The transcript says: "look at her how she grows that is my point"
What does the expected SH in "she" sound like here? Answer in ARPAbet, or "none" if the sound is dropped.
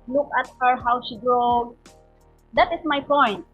S